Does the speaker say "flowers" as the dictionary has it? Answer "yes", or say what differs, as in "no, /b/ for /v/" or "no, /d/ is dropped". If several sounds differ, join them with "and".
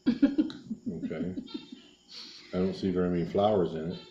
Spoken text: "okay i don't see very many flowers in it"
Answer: yes